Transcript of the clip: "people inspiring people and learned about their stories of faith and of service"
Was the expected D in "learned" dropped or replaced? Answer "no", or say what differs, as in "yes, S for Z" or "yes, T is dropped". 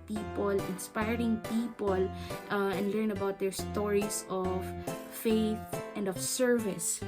yes, D is dropped